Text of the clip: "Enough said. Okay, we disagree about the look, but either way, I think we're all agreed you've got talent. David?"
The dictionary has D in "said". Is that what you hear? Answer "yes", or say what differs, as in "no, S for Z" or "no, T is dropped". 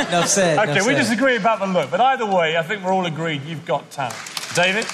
no, D is dropped